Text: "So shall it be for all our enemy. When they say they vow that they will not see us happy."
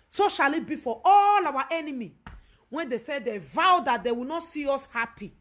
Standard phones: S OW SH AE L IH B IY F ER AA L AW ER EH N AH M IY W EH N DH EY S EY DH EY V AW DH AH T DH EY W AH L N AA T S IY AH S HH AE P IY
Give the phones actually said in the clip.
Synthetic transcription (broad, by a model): S OW SH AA L IH B IY F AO AA L AW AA EH N AH M IY W EH N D EY S EY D EY V AW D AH T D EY W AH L N AA T S IY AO S HH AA P IY